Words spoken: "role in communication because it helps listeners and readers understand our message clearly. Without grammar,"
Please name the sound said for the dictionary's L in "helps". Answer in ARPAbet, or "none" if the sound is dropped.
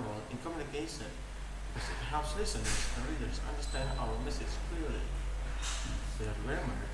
none